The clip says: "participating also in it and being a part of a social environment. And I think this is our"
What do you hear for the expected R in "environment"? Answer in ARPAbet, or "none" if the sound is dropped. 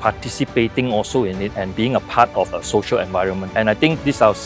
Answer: R